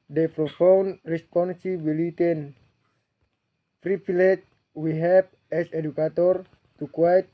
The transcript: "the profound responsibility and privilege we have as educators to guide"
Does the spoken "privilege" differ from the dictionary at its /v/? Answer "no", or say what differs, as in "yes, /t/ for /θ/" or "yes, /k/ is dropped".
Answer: yes, /p/ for /v/